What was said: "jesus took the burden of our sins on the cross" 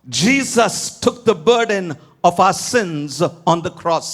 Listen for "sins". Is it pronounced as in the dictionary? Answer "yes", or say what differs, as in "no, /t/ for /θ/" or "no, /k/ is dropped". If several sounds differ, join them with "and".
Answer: yes